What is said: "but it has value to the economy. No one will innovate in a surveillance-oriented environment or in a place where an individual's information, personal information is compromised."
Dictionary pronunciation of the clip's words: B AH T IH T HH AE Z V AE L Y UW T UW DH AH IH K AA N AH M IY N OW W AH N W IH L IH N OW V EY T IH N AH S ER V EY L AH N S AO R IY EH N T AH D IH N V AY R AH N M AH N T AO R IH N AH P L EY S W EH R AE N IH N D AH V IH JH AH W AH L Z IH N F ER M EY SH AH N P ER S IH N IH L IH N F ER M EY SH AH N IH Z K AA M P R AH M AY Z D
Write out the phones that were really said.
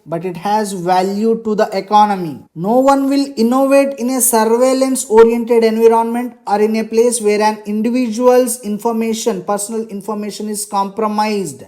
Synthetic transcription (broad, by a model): B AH T IH T HH AE Z V AE L Y UW T UW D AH IH K AA N AH M IY N OW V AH N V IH L IH N OW V EY T IH N AH S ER V EY L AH N S AO R IY EH N T AH D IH N V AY R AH N M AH N T AO R IH N AH P L EY S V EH R AE N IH N D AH V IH JH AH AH L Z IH N F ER M EY SH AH N P ER S IH N IH L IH N F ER M EY SH AH N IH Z K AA M P R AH M AY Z D